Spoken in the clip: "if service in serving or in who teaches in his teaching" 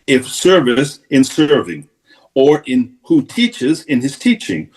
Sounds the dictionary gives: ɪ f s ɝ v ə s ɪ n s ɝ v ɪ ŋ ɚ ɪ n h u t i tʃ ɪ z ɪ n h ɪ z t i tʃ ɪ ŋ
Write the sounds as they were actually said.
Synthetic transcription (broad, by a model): ɪ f s ɝ v ə s ɪ n s ɝ v ɪ ŋ ɚ ɪ n h u t i tʃ ɪ z ɪ n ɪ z t i tʃ ɪ ŋ